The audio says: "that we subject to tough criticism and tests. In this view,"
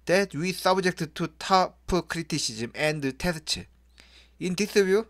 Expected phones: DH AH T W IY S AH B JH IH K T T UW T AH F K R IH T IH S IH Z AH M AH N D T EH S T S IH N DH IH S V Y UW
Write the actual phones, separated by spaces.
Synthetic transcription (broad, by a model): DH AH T W IY S AH B JH IH K T T UW T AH P K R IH T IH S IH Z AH M AH N D T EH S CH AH IH N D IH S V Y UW